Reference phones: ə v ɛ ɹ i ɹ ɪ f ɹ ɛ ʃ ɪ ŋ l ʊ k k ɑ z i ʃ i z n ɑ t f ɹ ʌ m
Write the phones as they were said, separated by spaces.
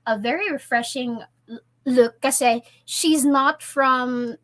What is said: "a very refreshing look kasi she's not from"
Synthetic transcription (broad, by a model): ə v ɛ ɹ i ɹ ɪ f ɹ ɛ ʃ ɪ ŋ l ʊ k k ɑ s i ʃ i z n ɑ t f ɹ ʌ m